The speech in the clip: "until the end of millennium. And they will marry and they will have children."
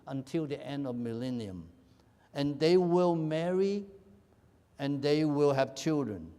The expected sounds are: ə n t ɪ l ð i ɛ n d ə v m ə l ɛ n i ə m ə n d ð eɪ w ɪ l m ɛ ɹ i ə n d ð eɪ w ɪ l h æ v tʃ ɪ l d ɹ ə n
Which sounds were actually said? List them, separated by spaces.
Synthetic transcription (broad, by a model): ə n t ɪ l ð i ɛ n d ə v m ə l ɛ n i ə m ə n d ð eɪ w ɪ l m ɛ ɹ i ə n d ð eɪ w ɪ l h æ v tʃ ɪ l d ɹ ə n